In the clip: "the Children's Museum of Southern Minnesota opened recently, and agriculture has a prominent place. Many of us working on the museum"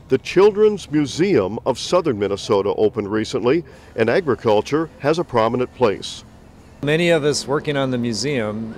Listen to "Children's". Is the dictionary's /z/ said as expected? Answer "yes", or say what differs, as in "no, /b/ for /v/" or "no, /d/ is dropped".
yes